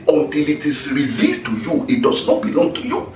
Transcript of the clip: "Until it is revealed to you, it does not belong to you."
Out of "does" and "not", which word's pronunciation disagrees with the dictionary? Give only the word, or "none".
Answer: does